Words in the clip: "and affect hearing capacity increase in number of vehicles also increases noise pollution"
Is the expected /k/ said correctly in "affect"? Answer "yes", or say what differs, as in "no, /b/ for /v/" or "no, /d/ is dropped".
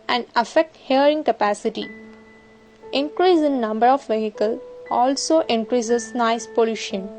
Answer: yes